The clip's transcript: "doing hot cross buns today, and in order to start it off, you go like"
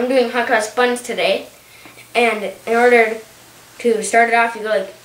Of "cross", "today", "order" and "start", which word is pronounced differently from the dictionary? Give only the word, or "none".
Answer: cross